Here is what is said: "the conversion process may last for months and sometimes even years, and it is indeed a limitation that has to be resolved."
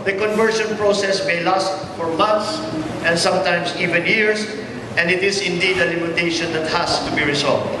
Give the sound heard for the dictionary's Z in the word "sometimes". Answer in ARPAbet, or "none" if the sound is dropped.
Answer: S